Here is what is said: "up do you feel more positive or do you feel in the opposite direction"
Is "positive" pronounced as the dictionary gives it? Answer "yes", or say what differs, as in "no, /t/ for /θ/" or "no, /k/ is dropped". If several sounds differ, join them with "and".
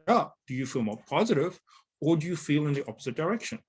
yes